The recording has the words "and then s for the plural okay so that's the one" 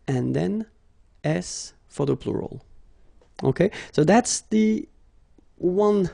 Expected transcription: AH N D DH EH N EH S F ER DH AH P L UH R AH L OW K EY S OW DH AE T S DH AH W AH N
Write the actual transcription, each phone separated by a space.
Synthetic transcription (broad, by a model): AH N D DH EH N EH S F ER DH AH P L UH R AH L OW K EY S OW DH AE T S DH AH W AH N